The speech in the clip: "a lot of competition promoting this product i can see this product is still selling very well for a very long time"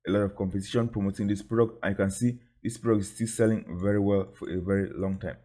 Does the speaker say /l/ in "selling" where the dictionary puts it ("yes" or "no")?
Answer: yes